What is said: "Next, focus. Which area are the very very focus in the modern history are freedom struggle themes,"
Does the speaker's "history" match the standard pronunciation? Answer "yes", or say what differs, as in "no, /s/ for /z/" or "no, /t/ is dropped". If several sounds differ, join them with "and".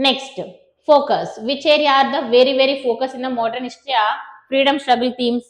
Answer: no, /ʃ/ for /s/ and /ɹ/ is dropped